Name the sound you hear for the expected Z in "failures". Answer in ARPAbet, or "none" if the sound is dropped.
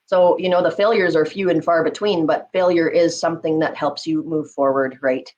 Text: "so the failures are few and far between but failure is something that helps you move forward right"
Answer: Z